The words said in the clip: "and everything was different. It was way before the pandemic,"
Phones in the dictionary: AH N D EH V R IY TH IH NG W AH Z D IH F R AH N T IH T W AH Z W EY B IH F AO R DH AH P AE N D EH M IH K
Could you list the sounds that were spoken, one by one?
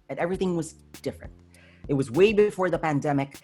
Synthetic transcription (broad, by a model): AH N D EH V R IY TH IH NG W AH Z D IH F R AH N T IH T W AH Z W EY B IH F AO R DH AH P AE N D EH M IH K